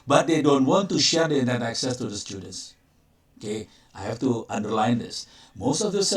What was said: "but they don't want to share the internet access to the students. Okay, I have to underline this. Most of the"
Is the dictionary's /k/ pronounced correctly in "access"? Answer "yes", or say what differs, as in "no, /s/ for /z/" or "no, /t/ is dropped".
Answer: yes